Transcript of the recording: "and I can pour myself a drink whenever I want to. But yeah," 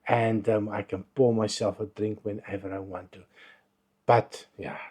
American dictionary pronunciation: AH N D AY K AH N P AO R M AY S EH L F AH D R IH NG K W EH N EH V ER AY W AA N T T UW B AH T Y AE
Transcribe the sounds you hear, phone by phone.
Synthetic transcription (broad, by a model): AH N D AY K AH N B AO M AY S EH L F AH D R IH NG K W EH N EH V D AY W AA N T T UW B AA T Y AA